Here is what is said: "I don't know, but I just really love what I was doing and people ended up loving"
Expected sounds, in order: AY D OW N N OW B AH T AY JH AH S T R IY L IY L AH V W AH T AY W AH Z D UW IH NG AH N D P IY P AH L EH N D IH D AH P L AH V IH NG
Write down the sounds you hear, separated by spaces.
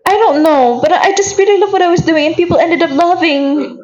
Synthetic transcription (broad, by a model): AY D OW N N OW B AH T AY JH AH S T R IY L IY L AH V W AH T AY W AH Z D UW IH NG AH N P IY P L EH N D IH D AH P L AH V IH NG